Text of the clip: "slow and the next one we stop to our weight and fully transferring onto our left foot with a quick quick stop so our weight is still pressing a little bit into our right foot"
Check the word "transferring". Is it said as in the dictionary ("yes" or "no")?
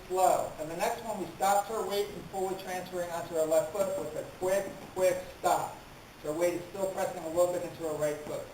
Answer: yes